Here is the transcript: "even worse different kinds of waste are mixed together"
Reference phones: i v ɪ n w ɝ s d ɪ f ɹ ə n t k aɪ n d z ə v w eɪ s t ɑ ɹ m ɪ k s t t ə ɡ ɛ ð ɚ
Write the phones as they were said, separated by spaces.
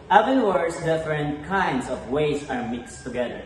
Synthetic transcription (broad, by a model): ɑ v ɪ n w ɝ s d ɪ f ɹ ə n t k aɪ n d s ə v w eɪ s ɑ ɹ m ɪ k s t t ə ɡ ɛ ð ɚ